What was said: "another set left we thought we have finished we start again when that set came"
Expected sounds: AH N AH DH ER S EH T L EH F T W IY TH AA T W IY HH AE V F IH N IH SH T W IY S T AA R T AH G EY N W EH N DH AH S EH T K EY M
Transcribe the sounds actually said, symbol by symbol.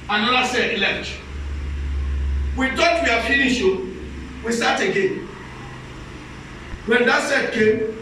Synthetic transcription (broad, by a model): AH N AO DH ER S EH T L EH T W IY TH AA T W IY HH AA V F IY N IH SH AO W IY S T AA T AH G EY N W EH N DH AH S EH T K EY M